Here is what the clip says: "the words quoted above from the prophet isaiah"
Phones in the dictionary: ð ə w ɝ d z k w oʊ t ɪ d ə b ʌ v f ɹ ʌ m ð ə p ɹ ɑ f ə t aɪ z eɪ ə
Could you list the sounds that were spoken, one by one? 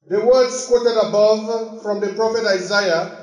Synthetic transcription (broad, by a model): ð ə w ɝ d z k w oʊ t ɪ d ə b ʌ v f ɹ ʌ m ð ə p ɹ ɑ f ə t aɪ z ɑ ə